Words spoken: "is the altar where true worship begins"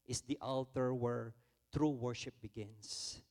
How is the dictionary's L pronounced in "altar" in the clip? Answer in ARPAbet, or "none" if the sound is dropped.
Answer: L